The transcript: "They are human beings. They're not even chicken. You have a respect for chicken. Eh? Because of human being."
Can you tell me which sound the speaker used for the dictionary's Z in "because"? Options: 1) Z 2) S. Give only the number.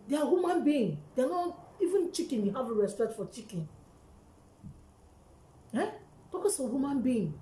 2